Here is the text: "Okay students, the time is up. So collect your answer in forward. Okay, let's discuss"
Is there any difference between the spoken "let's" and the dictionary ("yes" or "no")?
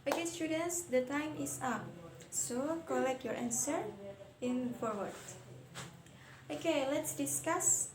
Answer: no